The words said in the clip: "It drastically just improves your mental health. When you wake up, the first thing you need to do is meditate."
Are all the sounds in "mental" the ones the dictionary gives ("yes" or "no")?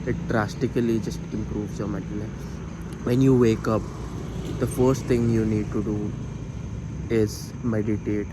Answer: no